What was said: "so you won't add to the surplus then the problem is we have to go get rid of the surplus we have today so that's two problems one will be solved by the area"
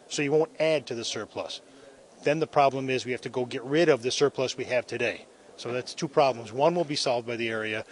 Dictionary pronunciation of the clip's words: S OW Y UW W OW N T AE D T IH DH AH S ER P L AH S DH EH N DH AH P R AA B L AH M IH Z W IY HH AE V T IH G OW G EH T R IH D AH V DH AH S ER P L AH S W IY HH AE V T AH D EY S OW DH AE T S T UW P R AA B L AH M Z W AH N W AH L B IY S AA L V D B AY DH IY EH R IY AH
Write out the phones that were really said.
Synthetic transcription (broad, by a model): S OW Y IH W OW N T AE D T IH DH AH S ER P L AH S DH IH N DH AH P R AA B L AH M IH Z W IY HH AE F T IH G OW G EH T R IH D AH V DH AH S ER P L AH S W IY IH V T AH D EY S OW DH AE T S T UW P R AA B L AH M Z W AH N W AH L B IY S AA L V D B AY DH IY EH R IY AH